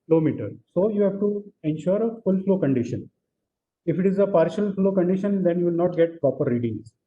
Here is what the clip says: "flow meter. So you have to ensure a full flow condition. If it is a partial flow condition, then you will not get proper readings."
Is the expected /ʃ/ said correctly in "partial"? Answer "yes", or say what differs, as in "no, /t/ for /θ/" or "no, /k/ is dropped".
yes